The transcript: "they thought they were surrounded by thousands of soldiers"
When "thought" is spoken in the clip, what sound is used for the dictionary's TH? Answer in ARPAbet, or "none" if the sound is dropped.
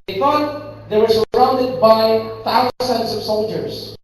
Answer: F